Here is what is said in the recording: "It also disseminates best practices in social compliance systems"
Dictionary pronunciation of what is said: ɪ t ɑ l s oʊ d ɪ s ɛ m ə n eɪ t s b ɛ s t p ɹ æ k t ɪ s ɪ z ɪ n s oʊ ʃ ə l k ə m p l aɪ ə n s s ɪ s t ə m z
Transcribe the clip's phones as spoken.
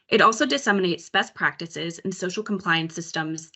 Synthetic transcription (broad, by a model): ɪ t ɑ l s oʊ d ɪ s ɛ m ə n eɪ t s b ɛ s p ɹ æ k t ɪ s ɪ z ɪ n s oʊ ʃ l k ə m p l aɪ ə n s s ɪ s t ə m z